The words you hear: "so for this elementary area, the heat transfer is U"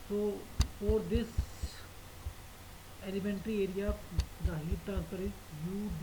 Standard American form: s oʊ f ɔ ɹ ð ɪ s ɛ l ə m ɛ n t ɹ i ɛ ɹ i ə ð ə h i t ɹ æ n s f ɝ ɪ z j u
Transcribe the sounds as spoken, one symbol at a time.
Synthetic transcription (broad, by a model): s oʊ f ɔ ɹ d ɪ s ɛ l ə m ɛ n t ɹ i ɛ ɹ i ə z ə h i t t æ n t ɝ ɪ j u